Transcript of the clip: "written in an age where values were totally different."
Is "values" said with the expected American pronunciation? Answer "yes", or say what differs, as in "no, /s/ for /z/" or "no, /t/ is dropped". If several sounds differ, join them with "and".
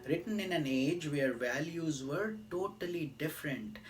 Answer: yes